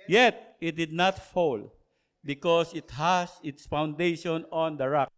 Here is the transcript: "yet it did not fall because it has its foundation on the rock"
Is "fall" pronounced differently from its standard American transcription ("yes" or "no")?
no